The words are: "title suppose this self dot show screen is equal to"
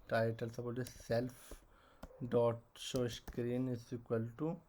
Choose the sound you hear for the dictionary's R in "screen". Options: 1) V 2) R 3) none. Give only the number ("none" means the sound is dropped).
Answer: 2